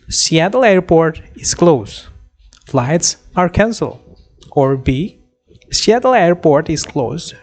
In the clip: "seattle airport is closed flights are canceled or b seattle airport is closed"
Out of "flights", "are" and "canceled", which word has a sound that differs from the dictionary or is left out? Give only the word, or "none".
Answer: canceled